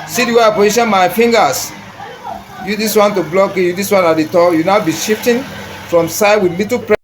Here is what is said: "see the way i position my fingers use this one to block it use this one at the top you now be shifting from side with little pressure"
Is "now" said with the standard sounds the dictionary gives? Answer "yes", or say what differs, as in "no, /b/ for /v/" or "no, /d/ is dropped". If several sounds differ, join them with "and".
yes